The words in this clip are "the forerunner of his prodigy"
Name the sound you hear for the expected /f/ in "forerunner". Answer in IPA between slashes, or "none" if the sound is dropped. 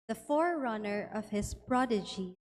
/f/